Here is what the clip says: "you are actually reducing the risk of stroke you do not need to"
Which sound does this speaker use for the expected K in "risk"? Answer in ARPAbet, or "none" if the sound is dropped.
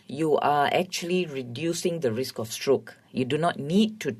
K